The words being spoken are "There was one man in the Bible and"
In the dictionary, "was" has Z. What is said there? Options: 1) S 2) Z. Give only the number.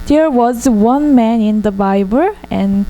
2